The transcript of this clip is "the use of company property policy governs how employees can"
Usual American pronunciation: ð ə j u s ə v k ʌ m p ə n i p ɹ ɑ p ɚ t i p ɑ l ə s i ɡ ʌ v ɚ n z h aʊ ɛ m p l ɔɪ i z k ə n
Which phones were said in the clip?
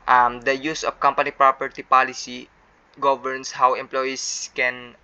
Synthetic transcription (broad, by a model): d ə j u s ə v k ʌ m p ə n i p ɹ ɑ p ɚ t i p ɑ l ə s i ɡ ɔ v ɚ n s h aʊ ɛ m p l ɔɪ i s k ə n